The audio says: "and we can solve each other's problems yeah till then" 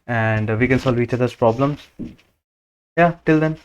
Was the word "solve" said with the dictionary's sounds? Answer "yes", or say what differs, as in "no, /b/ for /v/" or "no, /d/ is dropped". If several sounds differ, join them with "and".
yes